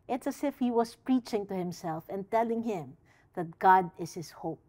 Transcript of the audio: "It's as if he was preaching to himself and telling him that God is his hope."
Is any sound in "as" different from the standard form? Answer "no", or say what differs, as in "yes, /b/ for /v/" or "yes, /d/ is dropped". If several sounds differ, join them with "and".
yes, /s/ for /z/